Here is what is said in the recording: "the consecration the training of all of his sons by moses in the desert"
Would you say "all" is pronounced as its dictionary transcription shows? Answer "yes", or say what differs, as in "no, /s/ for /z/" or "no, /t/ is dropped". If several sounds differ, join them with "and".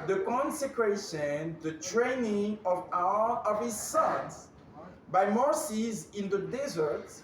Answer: no, /w/ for /l/